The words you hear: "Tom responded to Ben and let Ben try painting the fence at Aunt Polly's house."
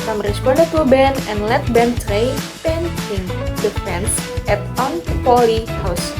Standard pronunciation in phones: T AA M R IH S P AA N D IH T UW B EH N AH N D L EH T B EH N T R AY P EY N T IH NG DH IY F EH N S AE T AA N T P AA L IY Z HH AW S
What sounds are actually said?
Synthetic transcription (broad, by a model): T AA M R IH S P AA D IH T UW B EH N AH N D L EH T B EH N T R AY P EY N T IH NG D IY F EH N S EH T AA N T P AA L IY HH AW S